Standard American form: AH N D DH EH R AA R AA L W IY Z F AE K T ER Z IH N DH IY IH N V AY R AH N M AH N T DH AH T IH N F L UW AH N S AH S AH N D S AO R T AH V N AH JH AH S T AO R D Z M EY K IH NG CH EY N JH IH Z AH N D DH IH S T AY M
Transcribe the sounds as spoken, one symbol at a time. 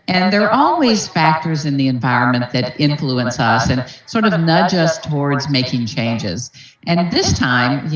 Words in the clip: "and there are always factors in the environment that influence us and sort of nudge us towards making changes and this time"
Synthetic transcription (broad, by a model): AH N DH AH R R AA L W IY Z F AE K T ER Z IH N DH IY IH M V AY R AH N M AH N DH AH T IH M F L UW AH N S AH S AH N S AO R T AH V N AH JH AH S T AO R D Z M EY K IH NG CH EY N JH IH Z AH N DH IH S T AY M